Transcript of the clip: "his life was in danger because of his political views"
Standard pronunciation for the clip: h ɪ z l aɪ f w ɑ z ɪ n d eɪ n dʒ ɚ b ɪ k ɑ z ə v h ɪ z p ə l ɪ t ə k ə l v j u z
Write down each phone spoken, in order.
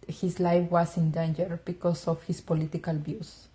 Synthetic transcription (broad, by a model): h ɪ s l aɪ f w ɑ s ɪ n d eɪ n dʒ ɚ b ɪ k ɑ s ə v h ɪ s p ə l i t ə k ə l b j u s